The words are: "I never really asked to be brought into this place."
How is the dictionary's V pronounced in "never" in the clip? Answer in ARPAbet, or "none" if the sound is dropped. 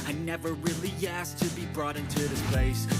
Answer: V